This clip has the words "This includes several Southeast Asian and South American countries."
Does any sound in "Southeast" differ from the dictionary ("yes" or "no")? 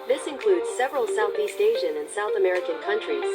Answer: no